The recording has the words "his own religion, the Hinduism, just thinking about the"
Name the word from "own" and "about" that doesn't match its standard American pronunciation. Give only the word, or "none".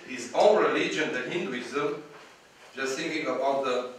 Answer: own